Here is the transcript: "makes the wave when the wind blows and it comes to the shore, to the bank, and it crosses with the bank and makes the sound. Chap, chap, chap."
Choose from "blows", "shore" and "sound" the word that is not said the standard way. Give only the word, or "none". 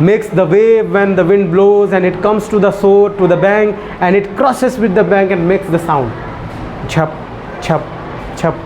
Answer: shore